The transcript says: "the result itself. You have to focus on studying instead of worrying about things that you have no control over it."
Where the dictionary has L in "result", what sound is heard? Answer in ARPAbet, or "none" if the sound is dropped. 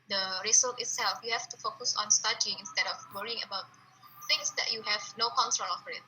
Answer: none